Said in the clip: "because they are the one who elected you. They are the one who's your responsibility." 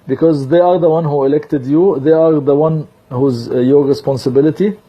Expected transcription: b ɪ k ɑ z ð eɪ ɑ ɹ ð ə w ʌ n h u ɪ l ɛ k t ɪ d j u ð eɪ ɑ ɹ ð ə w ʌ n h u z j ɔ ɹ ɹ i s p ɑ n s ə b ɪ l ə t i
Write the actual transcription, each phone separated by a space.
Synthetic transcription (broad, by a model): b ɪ k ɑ z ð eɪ ɑ ɹ ð ə w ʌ n h u ɪ l ɛ k t ɪ d j u ð eɪ ɑ ɹ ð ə w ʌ n h u z j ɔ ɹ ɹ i s p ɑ n s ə b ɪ l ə t i